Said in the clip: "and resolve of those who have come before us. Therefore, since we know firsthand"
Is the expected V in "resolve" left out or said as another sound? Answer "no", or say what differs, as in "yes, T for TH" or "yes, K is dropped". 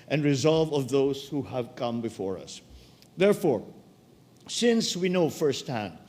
no